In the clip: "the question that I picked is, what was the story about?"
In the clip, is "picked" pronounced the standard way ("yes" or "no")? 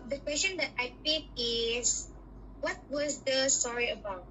no